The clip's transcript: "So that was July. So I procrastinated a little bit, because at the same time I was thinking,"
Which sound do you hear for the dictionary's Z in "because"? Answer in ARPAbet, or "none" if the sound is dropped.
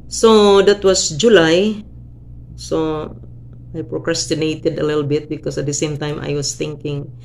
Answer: S